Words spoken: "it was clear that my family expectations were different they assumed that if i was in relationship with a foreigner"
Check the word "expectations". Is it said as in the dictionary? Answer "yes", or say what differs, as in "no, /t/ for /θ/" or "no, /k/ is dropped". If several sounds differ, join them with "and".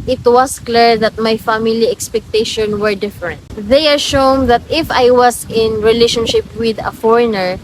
no, /z/ is dropped